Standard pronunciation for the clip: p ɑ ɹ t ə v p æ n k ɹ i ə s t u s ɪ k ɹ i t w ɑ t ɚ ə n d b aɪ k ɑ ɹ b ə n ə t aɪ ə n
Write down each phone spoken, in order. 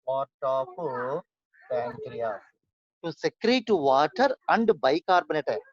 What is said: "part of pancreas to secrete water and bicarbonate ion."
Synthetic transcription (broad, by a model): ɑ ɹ t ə p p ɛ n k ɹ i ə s t u s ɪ k ɹ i t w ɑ t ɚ ə n d b aɪ k ɑ ɹ b ə n ə t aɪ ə